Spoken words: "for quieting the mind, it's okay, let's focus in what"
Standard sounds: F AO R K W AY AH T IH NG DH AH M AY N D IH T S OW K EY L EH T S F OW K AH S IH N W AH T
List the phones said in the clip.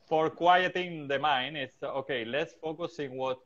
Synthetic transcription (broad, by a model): F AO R K W AY AH T IH NG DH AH M AY N IH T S OW K EY L EH T S F OW K AH S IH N W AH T